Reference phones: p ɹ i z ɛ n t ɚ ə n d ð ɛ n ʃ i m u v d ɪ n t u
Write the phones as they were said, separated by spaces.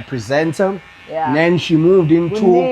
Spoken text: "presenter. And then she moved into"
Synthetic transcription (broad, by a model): p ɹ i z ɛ n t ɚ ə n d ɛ n ʃ i m u v d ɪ n t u